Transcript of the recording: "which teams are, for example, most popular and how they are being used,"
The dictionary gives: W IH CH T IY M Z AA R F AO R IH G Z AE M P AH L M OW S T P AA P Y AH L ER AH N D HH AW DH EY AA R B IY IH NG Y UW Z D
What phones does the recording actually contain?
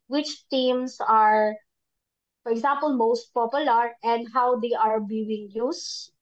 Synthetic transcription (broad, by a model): W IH CH T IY M S AA R F AO R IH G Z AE M P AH L M OW S T P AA P Y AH L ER AH N D HH AW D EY AA R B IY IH NG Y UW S